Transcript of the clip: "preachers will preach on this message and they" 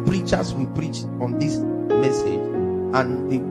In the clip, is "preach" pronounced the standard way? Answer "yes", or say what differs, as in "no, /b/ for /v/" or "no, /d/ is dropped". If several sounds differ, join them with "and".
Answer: yes